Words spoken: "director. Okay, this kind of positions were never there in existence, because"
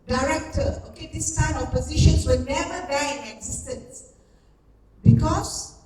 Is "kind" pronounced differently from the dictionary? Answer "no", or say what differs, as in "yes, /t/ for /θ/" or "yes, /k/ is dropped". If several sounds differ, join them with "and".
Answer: yes, /d/ is dropped